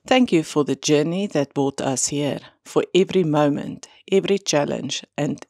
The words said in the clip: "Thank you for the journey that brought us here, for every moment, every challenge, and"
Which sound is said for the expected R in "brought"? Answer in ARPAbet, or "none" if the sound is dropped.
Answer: none